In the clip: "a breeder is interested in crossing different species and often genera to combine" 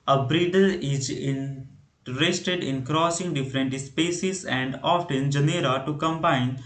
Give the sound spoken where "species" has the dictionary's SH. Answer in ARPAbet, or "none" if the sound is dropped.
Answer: S